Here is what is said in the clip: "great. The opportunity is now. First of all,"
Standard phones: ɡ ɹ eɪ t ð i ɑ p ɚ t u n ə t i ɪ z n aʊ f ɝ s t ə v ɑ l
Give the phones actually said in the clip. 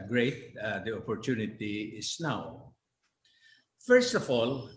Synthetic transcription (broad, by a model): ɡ ɹ eɪ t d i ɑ p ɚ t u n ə t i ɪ s n aʊ f ɝ s t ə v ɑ l